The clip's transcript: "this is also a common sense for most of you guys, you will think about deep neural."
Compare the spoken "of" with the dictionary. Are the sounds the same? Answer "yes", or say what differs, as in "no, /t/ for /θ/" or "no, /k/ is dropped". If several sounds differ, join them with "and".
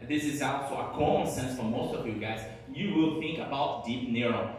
yes